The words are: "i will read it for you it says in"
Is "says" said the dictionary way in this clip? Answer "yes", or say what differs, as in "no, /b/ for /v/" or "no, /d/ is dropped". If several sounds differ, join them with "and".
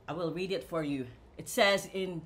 yes